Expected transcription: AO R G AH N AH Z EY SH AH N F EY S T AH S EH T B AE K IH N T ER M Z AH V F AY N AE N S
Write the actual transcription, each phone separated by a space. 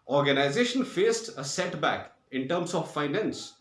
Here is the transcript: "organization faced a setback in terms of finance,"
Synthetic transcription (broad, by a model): AO R G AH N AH Z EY SH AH N F EY S T AH S EH T B AE K IH N T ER M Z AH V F AY N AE N S